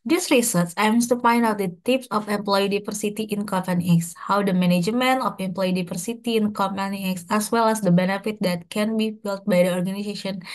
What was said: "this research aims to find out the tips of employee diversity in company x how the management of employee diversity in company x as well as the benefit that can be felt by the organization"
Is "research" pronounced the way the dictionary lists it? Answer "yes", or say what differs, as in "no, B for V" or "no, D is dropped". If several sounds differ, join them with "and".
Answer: no, S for CH